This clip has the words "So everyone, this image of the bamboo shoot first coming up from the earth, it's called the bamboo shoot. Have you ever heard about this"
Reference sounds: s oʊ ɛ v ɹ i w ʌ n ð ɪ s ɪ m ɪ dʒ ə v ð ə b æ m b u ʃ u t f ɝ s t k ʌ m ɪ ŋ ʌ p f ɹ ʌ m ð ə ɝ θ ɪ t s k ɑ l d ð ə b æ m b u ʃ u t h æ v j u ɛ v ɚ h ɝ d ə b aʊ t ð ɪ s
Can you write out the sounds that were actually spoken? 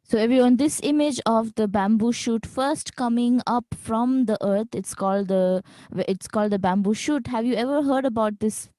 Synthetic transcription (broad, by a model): s oʊ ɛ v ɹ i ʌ n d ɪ s ɪ m ɪ dʒ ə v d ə b æ m b u ʃ u t f ɝ s t k ʌ m ɪ ŋ ʌ p f ɹ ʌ m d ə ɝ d ɪ t s k ɑ l d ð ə b æ m b u ʃ u t h æ v j u ɛ v ɚ h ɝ d ə b aʊ t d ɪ s